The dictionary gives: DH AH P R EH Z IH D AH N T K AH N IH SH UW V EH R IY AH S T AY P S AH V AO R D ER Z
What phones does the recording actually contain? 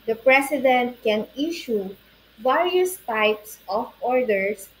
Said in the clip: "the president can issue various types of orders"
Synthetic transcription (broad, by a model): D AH P R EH S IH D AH N T K AH N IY SH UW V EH R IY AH S T AY P S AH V AO R D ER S